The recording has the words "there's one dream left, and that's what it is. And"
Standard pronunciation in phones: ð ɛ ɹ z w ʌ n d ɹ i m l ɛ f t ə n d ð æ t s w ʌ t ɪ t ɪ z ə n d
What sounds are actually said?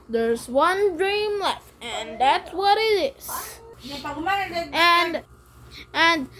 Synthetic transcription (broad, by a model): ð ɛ ɹ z w ʌ n d ɹ i m l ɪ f ə n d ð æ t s w ʌ t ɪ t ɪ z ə n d